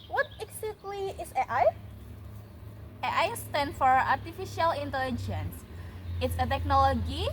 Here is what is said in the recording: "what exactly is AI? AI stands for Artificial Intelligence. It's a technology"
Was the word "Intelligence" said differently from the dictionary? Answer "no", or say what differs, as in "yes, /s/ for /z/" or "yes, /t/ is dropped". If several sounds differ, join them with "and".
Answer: no